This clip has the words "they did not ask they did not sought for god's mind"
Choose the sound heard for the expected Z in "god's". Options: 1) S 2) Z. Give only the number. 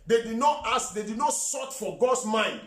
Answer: 1